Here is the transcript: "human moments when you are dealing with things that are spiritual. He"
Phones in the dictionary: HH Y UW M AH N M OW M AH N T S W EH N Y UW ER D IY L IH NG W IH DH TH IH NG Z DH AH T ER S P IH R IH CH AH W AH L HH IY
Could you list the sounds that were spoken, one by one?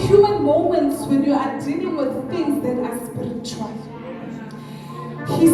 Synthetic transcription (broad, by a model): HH Y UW M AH N M OW M AH N T S W EH N Y UW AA D IY L IH NG W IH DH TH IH NG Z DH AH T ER S P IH R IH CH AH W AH L HH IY